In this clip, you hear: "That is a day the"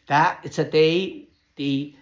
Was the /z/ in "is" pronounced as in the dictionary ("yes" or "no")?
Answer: no